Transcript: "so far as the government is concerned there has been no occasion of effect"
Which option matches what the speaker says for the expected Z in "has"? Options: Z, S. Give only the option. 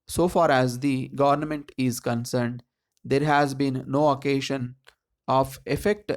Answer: Z